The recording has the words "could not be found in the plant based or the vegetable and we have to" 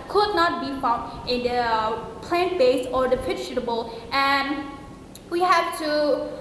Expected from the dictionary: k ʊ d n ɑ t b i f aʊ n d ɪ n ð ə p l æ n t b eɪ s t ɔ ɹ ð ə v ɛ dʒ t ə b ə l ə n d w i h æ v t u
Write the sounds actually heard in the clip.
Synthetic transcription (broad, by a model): k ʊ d n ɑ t b i f aʊ n d ɪ n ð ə p l æ n t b eɪ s ɔ ɹ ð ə p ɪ tʃ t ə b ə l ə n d w i h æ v t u